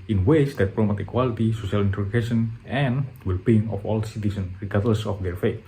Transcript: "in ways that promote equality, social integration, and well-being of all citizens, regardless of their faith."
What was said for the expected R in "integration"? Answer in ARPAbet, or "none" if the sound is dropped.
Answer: none